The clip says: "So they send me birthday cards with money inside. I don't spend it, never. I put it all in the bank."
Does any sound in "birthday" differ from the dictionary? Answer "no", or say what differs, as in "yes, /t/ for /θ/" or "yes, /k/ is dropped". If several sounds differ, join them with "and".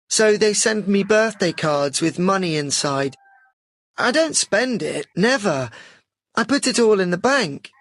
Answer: no